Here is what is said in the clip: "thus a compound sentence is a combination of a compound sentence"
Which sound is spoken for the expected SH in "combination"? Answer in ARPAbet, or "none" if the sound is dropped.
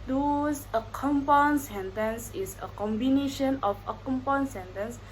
SH